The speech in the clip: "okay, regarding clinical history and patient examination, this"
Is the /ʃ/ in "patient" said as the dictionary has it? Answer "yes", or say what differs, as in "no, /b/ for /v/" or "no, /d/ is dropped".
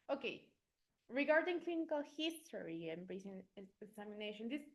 no, /s/ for /ʃ/